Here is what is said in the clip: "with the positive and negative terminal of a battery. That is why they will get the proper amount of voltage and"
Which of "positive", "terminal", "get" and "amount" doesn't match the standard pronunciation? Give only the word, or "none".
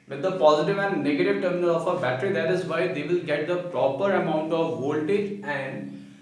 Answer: none